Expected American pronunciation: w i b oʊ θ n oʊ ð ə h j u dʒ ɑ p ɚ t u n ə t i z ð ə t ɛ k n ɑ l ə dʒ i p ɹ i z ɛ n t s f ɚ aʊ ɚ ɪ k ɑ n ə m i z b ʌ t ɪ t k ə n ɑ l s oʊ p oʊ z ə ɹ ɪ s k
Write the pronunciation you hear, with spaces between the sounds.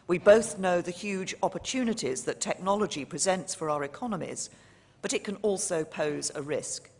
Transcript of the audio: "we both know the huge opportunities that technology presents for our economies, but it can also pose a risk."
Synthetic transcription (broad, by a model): w i b oʊ θ n oʊ ð ə h j u dʒ ɑ p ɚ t u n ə t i z ð ə t ɛ k n ɑ l ə dʒ i p ɹ i z ɛ n t s f ɚ aʊ ɚ ɪ k ɑ n ə m i z b ʌ t ɪ t k ə n ɑ l s oʊ p oʊ z ə ɹ ɪ s k